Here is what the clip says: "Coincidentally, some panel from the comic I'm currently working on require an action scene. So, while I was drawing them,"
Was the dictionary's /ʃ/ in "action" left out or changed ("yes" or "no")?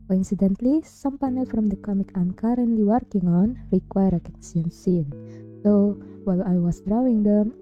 yes